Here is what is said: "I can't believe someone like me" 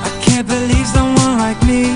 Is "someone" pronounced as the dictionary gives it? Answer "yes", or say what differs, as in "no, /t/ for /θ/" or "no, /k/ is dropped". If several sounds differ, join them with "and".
no, /m/ is dropped